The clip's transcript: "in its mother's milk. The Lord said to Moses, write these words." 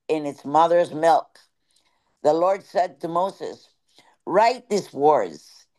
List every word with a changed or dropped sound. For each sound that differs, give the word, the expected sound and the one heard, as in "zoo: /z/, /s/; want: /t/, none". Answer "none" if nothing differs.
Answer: these: /z/, /s/